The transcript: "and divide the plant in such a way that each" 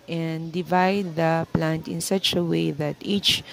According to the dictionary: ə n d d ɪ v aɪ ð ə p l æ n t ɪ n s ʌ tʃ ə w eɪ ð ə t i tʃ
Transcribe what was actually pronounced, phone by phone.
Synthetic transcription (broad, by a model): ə n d d ɪ v aɪ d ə p l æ n t ɪ n s ʌ tʃ ə w eɪ ð ə t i tʃ